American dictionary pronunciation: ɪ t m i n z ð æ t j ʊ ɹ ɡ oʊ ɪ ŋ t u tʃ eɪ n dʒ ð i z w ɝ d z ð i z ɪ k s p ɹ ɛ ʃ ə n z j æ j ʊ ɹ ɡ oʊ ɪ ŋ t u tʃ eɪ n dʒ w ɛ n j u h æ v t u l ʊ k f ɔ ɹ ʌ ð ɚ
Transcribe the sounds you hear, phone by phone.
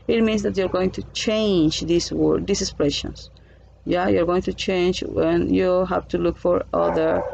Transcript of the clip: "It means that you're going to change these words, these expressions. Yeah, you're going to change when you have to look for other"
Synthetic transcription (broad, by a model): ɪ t m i n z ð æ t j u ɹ ɡ oʊ ɪ ŋ t u tʃ eɪ n dʒ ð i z w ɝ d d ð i s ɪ s p ɹ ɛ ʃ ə n s j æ j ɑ ɹ ɡ oʊ ɪ ŋ t u tʃ eɪ n dʒ w ɛ n j u h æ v t u l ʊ k f ɔ ɹ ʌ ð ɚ